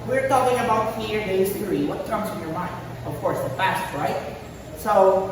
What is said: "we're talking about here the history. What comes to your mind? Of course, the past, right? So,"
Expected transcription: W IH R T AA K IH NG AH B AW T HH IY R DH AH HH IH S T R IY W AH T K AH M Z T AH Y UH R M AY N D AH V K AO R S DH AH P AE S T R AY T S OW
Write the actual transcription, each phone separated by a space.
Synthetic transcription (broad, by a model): W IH R T AA K IH NG AH B AW T HH IY R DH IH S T R IY W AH T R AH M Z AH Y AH R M AY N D AH V K AO R S DH AH F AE S T R AY T S OW